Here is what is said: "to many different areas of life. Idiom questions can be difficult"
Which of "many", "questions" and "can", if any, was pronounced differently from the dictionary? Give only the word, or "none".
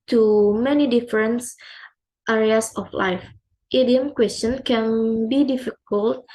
questions